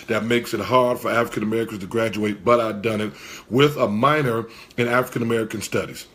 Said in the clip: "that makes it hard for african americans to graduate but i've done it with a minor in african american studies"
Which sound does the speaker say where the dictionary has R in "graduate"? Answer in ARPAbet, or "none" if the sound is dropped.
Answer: R